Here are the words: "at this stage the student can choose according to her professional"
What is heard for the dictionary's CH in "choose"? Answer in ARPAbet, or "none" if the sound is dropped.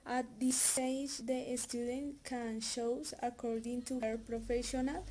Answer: SH